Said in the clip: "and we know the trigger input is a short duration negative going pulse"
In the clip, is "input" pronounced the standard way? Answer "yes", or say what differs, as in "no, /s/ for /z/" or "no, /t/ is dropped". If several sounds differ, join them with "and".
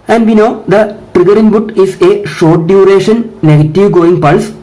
no, /b/ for /p/